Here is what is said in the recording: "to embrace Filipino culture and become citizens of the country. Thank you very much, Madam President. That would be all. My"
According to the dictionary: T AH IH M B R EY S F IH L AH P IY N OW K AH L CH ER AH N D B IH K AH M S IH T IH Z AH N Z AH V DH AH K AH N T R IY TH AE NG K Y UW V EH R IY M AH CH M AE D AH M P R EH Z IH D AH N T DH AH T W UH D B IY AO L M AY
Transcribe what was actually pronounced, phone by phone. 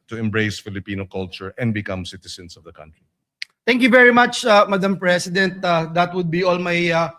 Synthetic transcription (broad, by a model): T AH IH M B R EY S F IH L AH P IY N OW K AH L CH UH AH N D B IH K AH M S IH T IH S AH N S AH V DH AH K AH N T R IY T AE NG K Y UW V EH R IY M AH CH M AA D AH M P R EH S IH D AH N T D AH T W UH D B IY AO L M AY